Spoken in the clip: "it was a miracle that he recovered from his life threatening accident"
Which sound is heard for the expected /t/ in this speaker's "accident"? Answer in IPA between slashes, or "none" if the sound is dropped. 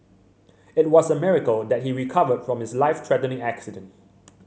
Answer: /t/